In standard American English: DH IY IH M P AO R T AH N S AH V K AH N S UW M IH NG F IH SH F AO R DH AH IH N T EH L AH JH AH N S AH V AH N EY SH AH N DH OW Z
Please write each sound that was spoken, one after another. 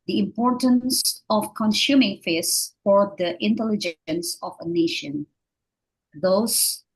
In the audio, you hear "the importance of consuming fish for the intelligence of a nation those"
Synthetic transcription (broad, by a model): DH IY IH M P AO R T AH N S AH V K AH N S UW M IH NG F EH S F AO R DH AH IH N T EH L AH JH AH N S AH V AH N EY SH AH N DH OW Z